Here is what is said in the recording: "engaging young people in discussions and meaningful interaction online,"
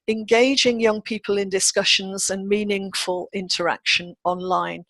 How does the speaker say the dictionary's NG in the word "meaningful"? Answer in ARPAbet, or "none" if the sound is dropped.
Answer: NG